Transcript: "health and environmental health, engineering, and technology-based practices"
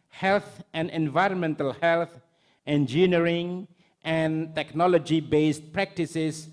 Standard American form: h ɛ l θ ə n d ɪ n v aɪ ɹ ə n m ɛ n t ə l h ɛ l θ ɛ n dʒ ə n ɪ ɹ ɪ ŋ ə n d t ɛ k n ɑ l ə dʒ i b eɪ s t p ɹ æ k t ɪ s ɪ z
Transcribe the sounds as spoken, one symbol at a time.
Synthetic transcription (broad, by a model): h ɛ l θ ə n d ɪ n v aɪ ɹ ə n m ɛ n t ə l h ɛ l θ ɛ n dʒ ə n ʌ ɹ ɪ ŋ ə n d t ɛ k n ɑ l ə dʒ i b eɪ s t p ɹ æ k t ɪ s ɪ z